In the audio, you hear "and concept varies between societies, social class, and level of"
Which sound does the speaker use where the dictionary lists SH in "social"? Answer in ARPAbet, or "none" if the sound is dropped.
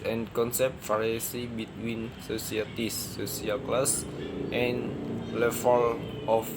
S